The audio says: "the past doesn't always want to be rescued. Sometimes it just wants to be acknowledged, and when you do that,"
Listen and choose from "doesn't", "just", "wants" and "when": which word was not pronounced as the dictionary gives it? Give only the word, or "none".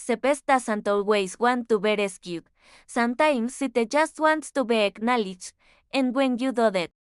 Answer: doesn't